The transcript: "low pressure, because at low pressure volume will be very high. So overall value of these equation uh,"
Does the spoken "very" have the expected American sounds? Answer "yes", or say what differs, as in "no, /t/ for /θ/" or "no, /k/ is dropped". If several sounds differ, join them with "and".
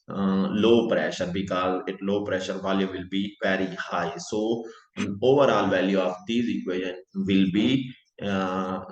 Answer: no, /p/ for /v/